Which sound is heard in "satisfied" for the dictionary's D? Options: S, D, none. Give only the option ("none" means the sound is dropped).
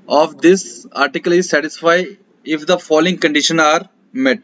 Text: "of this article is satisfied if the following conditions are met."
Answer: none